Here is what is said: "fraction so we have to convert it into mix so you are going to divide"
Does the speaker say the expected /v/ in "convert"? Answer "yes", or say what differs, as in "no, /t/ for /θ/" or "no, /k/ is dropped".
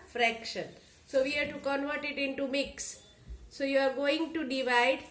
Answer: yes